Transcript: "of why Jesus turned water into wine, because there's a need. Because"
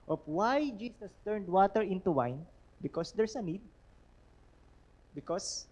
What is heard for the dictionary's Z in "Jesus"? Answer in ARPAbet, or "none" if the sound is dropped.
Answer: S